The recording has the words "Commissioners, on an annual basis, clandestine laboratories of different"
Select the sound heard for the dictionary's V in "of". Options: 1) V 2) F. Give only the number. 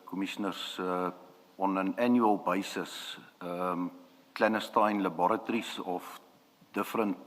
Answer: 2